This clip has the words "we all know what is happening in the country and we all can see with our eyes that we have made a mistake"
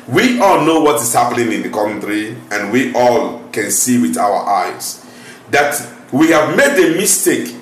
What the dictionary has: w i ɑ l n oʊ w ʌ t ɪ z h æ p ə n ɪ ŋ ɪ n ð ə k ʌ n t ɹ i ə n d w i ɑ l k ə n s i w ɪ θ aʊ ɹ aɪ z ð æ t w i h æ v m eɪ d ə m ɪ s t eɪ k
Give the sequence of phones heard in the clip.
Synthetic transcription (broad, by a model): w i ɑ l n oʊ w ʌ t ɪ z h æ p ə n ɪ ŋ ɪ n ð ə k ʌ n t ɹ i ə n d w i ɑ l k ə n s i w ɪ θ aʊ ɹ aɪ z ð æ t w i h æ v m eɪ d ə m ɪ s t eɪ k